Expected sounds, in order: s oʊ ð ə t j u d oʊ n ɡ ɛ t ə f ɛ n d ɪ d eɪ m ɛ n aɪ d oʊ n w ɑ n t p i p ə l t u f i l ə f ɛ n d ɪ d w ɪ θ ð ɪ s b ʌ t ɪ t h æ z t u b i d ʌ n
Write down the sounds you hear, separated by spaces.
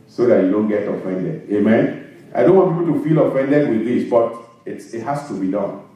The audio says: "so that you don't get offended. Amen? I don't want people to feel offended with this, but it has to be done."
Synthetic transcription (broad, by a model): s oʊ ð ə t j u d oʊ n ɡ ɛ t ə f ɛ n d ɪ d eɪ m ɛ n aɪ d oʊ n w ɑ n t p i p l t u f i l ə f ɛ n d ɪ d w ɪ ð ɪ s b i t ɪ t h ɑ s t u b i d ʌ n